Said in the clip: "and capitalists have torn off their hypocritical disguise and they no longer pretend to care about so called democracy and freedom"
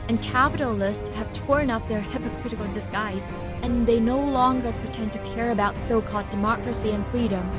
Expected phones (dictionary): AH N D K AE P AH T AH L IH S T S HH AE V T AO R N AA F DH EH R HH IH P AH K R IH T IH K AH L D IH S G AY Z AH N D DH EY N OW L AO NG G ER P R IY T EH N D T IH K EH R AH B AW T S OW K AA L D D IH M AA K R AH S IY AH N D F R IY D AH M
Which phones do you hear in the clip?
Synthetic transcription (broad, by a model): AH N K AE P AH T L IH S T S HH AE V T AO R N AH P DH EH R HH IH P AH K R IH T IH K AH L D IH S G AY Z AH N DH EY N OW L AO NG G ER P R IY T EH N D T IH K EH R AH B AW T S OW K AA L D D IH M AA K R AH S IY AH N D F R IY D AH M